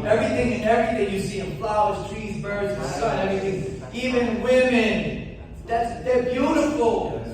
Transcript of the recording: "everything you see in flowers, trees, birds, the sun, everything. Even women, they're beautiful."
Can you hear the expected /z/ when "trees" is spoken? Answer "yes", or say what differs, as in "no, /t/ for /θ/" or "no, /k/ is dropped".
yes